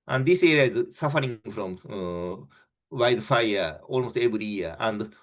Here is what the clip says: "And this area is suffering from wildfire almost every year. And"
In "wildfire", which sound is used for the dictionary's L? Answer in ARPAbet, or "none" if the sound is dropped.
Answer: none